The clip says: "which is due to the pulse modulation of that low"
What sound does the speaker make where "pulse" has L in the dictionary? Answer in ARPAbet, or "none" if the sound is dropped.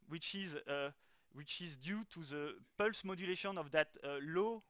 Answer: L